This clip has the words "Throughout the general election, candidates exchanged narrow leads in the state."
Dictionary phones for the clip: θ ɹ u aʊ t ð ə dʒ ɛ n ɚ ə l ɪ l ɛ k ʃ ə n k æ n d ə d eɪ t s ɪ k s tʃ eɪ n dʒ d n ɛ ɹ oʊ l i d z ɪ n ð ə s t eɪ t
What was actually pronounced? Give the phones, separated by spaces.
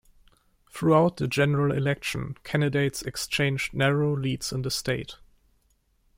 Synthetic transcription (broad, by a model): θ ɹ u aʊ t ð ə dʒ ɛ n ɚ ə l ɪ l ɛ k ʃ ə n k æ n d ə d eɪ t s ɪ k s tʃ eɪ n dʒ d n ɛ ɹ oʊ l i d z ɪ n ð ə s t eɪ t